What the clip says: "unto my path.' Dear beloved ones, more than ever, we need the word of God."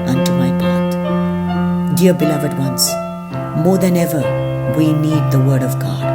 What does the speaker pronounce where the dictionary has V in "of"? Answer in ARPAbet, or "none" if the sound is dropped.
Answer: V